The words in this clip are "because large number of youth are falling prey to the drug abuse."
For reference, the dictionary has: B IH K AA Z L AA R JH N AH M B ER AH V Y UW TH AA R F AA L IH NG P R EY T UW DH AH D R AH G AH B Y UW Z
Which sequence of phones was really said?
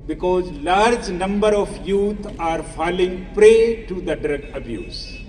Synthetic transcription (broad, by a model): B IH K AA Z L AA R JH N AH M B ER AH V Y UW T AA R F AA L IH NG P R EY T UW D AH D R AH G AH B Y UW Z